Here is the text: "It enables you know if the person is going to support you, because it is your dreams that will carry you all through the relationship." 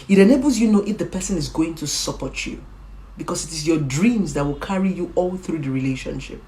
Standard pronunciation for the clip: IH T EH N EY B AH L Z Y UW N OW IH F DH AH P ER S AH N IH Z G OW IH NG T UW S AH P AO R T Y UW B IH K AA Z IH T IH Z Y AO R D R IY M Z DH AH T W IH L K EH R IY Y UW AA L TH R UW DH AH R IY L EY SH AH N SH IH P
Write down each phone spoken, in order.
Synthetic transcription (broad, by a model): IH T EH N EY B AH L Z Y UW N OW IH F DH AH P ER S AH N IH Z G OW IH NG T UW S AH P AO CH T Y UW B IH K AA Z IH T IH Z Y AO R D R IY M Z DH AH T W IH L K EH R IY Y UW AA L TH R UW DH AH R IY L EY SH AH N SH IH P